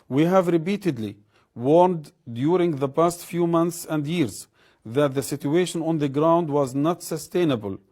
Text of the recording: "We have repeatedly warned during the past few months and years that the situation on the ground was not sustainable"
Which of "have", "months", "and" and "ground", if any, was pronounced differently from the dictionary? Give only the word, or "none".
none